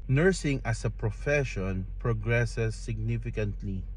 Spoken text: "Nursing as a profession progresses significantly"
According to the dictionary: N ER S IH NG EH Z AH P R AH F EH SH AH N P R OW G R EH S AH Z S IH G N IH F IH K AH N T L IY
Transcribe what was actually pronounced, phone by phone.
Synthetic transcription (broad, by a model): N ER S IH NG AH S AH P R AH F EH SH AH N P R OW G R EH S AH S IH G N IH F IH K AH N T L IY